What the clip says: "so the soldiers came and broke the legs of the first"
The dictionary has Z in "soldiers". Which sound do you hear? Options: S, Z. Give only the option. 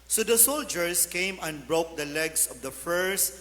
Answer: S